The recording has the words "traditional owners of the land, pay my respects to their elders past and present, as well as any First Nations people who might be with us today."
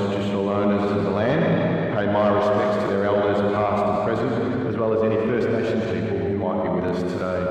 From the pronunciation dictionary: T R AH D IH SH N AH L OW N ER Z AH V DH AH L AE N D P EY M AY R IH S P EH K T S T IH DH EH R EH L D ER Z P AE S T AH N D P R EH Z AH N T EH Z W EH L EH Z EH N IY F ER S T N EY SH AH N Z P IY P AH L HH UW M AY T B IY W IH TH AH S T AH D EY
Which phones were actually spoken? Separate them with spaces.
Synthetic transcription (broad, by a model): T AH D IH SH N L OW N ER Z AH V DH AH L AE N D P EY M AY R IH S P EH K T S T IH DH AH R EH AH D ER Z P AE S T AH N P R EH Z AH N T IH Z W EH L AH Z EH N IY F ER S T N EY SH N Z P IY P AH L HH UW M AY T B IY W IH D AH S T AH D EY